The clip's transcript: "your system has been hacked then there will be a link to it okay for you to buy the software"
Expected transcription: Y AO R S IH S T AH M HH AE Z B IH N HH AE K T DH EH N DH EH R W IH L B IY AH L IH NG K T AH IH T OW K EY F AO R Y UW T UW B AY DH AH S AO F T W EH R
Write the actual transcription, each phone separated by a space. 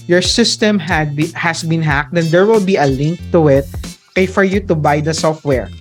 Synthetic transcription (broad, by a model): Y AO R S IH S T AH M HH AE S B IH N HH AE K T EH N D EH R W IH L B IY AH L IH NG K T AH IH T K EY F AO R Y UW T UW B AY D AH S AO F T W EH R